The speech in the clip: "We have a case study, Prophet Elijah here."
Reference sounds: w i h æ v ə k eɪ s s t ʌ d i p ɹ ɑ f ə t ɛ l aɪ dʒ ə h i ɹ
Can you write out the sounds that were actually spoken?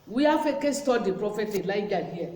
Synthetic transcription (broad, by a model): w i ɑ f ə k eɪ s s t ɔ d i p ɹ ɑ f ə t ɛ l aɪ dʒ ə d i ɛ